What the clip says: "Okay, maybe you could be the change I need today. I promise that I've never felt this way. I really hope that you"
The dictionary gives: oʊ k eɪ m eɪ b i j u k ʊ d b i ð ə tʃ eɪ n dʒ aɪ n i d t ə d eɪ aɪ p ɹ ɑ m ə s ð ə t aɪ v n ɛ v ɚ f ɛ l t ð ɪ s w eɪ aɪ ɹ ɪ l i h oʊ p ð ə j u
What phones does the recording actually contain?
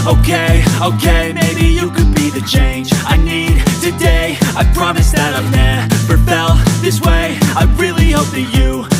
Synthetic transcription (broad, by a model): oʊ k eɪ m eɪ b i j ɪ k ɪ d b i ð ə tʃ eɪ n dʒ aɪ n i d t ə d eɪ aɪ p ɹ ɑ m ə s ð ə t aɪ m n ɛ p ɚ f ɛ l ð ɪ s w eɪ aɪ ɹ ɪ l i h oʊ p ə j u